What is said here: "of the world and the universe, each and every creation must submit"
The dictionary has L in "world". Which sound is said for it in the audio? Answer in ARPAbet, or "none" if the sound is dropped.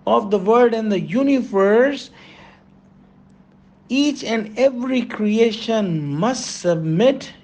none